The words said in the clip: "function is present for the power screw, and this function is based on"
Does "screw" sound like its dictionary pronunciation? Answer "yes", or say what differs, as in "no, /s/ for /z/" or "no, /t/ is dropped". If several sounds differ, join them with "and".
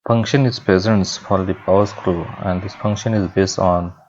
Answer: yes